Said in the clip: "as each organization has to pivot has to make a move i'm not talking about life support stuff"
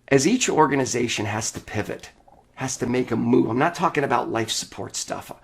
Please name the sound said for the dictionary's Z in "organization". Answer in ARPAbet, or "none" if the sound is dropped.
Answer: Z